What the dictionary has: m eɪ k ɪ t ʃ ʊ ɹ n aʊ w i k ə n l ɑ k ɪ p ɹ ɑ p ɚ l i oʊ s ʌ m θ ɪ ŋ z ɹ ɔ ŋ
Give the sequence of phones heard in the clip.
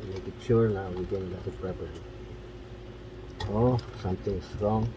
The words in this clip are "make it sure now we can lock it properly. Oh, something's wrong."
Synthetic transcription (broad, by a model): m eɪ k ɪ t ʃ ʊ ɹ n aʊ w i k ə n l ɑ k ɪ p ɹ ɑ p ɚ i oʊ s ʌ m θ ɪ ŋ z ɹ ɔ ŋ